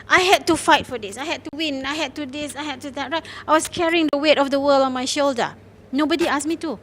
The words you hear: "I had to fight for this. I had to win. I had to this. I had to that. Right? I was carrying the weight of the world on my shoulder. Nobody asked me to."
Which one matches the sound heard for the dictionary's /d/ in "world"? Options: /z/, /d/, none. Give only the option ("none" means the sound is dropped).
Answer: none